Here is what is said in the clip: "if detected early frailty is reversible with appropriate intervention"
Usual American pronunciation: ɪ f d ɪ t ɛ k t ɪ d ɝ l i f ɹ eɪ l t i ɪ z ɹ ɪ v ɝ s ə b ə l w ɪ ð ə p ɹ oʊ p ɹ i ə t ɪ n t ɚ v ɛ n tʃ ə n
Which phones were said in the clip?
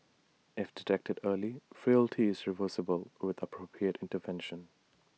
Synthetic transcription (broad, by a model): ɪ f d ɪ t ɛ k t ɪ d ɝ l i f ɹ eɪ l t i ɪ z ɹ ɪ v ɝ s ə b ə l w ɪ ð ə p ɹ oʊ p ɹ i ə t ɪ n t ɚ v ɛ n ʃ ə n